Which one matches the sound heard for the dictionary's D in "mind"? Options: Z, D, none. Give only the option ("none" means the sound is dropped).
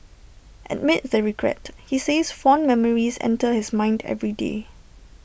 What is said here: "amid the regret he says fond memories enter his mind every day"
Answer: D